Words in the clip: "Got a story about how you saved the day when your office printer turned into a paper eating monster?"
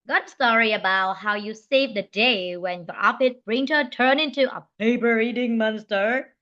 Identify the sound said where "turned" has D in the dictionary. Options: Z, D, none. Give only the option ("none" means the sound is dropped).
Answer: none